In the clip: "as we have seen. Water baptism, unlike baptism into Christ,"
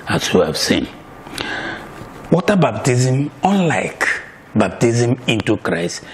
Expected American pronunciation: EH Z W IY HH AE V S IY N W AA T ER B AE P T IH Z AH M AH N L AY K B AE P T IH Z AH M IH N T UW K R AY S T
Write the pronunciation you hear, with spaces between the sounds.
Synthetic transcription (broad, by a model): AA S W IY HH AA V S IY N W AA T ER B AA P T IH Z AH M AH N L AY K B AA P T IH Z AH M IH N T UW K R AY S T